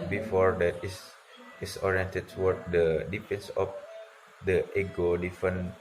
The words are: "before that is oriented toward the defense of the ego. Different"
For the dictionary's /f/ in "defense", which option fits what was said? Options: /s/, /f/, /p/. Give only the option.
/p/